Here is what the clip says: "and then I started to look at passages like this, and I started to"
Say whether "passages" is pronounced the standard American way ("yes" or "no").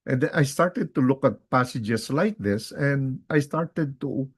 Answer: no